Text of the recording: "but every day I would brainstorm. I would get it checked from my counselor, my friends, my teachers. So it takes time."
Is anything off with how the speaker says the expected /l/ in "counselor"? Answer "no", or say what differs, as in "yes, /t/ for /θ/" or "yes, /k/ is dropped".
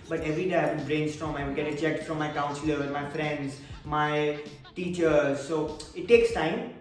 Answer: yes, /l/ is dropped